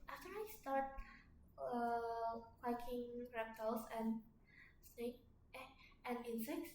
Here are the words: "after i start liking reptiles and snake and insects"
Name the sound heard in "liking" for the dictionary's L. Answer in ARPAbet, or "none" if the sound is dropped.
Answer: W